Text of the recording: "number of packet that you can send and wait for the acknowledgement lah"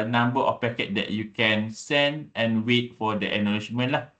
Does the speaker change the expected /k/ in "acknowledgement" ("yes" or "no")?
yes